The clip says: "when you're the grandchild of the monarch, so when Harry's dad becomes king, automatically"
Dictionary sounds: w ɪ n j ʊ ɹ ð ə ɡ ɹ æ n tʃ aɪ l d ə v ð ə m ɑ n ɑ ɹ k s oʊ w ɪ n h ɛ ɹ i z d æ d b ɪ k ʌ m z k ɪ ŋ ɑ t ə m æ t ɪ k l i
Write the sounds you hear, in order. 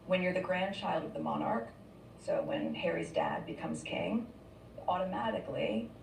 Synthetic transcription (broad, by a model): w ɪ n j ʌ ɹ ð ə ɡ ɹ æ n tʃ aɪ l d ə v ð ə m ɑ n ɑ ɹ k s oʊ w ɪ n h ɛ ɹ i z d æ d b ɪ k ʌ m z k ɪ ŋ ɑ t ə m æ t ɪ k l i